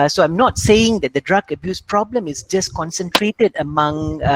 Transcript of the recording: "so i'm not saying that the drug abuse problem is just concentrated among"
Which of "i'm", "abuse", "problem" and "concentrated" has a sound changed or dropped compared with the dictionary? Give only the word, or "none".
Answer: none